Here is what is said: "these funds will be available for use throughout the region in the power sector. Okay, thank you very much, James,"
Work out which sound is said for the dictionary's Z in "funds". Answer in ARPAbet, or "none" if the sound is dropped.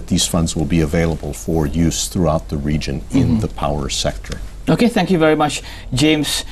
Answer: Z